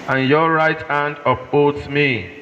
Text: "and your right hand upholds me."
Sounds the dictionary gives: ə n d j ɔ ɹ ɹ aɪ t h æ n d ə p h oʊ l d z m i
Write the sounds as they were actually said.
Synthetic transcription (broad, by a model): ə n j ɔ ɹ ɹ aɪ t h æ n d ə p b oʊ d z m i